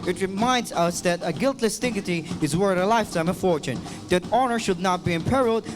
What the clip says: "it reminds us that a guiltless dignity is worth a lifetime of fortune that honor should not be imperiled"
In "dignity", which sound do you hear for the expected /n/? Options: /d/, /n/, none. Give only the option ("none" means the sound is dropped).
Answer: none